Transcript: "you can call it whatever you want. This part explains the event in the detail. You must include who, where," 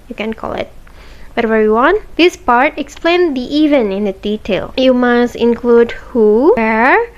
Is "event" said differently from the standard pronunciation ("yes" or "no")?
yes